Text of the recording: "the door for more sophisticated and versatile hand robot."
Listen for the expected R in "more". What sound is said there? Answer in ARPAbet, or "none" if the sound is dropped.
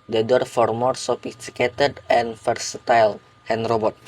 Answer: R